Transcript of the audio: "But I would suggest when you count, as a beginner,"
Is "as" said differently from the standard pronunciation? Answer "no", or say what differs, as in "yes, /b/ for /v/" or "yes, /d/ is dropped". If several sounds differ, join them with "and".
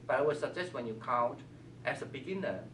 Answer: yes, /s/ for /z/